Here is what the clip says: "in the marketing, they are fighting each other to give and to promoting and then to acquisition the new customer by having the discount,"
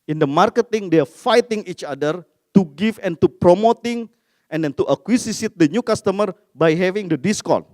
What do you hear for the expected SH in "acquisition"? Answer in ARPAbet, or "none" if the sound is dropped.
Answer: S